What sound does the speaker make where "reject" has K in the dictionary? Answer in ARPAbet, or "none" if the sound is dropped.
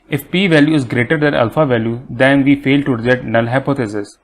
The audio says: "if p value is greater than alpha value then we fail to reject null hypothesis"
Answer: none